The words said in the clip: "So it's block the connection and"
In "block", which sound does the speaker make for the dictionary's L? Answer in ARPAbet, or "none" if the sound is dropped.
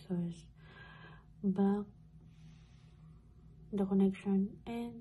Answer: none